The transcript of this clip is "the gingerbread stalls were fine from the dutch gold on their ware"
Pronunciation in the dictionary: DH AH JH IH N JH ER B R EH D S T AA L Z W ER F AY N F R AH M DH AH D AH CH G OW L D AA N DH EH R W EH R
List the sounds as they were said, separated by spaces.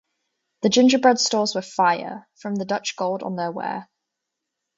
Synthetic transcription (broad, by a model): DH AH JH IH N JH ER B R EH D S T AA Z W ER F AY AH F R AH M DH AH D AH CH G OW L D N DH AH W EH